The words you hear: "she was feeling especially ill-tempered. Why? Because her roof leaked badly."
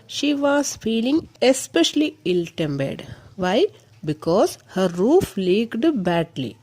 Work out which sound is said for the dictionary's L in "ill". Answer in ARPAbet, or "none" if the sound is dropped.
L